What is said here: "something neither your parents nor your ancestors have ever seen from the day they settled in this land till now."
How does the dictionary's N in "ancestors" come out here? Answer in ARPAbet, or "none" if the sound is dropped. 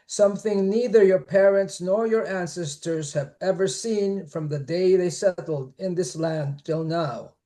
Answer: N